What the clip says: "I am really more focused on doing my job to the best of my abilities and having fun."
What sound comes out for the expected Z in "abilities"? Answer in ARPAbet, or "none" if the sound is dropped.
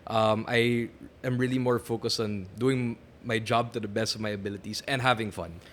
S